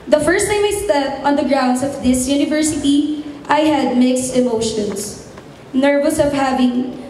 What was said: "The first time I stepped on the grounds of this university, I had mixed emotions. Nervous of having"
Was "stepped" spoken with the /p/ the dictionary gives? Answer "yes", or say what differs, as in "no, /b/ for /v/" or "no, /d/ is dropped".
no, /p/ is dropped